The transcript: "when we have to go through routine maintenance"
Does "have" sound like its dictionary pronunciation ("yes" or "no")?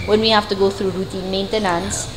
no